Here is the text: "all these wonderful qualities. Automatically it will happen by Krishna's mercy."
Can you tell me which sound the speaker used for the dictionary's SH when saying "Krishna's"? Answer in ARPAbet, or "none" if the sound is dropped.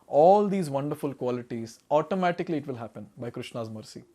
SH